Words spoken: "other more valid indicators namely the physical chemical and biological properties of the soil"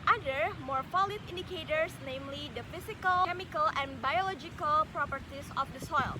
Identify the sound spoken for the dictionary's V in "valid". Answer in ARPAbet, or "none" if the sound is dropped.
F